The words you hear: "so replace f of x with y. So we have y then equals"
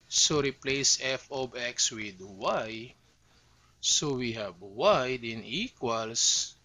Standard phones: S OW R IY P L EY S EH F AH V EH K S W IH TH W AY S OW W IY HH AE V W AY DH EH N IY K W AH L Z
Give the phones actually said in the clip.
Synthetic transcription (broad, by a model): S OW R IY P L EY S EH F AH B EH K S W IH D W AY S OW W IY HH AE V W AY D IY N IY K W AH L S